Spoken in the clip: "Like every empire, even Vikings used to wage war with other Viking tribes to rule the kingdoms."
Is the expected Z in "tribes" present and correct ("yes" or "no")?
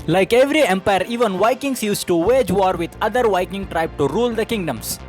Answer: no